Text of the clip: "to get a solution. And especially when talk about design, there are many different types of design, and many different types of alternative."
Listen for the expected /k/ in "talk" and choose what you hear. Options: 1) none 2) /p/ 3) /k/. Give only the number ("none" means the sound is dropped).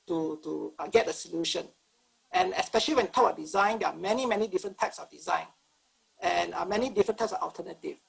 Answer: 1